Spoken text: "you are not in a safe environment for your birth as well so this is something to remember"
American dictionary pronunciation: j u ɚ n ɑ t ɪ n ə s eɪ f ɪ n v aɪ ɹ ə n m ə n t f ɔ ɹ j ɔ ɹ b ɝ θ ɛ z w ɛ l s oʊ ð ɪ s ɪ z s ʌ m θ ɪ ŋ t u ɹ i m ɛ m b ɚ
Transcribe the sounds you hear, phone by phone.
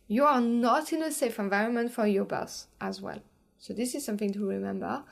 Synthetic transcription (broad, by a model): j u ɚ n ɑ t ɪ n ə s eɪ f ɪ n v aɪ ɹ ə n m ə n t f ɔ ɹ j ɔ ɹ b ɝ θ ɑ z w ɛ l s oʊ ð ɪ s ɪ z s ʌ m θ ɪ ŋ t u ɹ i m ɛ m b ɚ